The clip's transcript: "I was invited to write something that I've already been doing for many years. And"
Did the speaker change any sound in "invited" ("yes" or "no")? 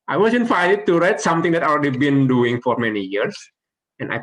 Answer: yes